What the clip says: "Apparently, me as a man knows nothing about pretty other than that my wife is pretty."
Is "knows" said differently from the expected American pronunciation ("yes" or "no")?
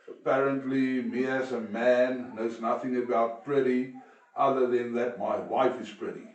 no